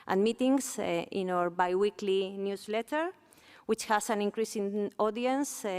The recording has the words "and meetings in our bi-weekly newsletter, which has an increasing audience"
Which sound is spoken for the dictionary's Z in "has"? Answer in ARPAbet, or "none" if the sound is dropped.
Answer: S